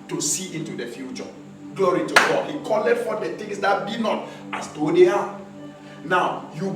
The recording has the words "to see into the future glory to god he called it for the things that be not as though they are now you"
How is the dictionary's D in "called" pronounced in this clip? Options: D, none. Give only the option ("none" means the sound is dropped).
none